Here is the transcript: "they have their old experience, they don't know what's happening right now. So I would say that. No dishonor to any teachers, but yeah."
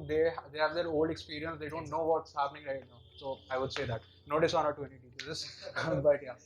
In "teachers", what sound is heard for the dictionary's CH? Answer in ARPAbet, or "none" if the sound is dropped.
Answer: S